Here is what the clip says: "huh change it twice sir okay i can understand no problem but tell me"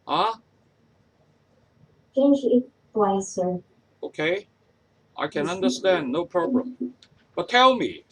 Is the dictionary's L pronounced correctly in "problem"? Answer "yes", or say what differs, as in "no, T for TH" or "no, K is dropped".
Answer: no, L is dropped